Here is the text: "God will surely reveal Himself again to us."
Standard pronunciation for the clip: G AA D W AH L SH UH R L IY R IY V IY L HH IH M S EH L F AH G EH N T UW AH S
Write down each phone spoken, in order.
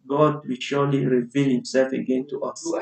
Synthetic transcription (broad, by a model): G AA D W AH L SH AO L IY R IY V IY L HH IH M S EH L F AH G EH N T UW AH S